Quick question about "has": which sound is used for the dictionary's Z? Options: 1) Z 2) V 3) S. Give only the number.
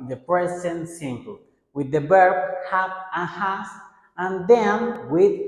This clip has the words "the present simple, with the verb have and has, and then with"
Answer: 3